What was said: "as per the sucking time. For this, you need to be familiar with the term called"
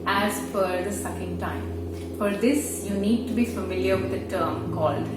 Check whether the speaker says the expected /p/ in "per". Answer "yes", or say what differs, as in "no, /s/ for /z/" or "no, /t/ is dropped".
no, /f/ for /p/